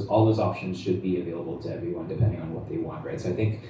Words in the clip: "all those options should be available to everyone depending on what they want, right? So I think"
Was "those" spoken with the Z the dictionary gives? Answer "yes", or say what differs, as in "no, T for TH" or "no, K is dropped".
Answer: yes